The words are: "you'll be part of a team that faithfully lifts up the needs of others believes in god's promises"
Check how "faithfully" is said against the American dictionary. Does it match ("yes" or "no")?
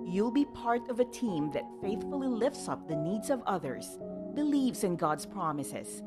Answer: yes